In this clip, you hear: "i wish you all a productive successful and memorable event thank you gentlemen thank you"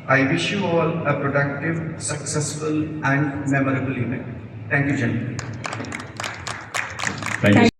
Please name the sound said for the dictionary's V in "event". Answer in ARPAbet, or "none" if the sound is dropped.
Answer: P